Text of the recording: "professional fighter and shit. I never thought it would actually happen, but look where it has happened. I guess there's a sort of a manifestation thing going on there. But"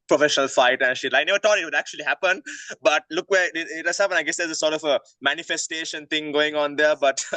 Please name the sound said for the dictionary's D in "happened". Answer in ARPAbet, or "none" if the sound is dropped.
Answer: none